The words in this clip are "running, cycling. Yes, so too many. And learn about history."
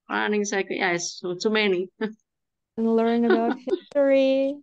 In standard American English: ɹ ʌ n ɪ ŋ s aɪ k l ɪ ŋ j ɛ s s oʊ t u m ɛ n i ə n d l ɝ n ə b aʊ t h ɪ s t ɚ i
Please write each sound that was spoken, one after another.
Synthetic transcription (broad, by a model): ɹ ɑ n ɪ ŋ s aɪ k ɪ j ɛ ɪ s oʊ t u m ɛ n i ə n l ɝ n ə b aʊ t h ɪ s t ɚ i